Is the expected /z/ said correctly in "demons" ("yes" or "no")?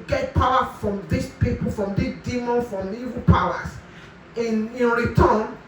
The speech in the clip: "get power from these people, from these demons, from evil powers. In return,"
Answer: no